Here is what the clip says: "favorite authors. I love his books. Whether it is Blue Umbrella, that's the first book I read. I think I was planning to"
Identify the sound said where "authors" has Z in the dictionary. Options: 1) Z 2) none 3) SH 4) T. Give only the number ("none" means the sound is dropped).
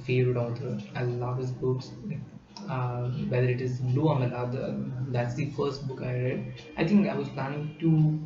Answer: 2